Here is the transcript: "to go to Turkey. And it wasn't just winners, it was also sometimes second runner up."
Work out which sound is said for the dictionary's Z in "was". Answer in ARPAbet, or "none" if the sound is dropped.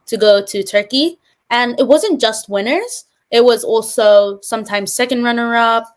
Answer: Z